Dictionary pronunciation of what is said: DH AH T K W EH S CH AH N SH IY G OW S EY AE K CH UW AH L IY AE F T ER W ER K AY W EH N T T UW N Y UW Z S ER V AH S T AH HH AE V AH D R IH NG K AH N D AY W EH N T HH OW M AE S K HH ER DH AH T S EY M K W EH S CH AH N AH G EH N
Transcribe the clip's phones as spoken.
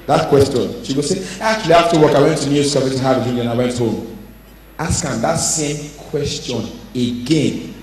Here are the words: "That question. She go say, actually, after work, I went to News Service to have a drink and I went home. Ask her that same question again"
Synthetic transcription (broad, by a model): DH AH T K W EH S CH AH N SH IY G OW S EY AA K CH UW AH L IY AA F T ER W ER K AY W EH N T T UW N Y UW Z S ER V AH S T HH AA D AH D IH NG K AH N AY W EH N T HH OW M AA S K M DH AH T S EY M K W EH S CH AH N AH G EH N